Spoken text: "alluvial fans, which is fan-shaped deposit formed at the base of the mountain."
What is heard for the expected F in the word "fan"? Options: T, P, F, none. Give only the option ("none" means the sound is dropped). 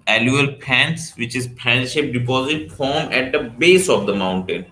P